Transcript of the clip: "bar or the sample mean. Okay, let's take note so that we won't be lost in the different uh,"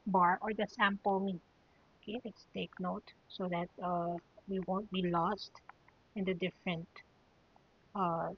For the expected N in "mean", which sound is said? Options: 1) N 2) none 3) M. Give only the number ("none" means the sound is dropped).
2